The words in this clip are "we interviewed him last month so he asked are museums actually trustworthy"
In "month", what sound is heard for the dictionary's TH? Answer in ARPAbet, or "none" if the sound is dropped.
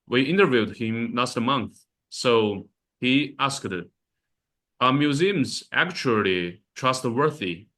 TH